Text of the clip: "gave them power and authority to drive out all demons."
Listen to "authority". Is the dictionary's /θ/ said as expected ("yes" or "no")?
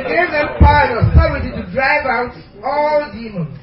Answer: no